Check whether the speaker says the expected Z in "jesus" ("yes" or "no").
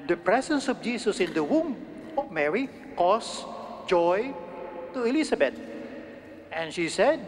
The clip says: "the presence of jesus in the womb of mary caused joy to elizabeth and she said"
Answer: no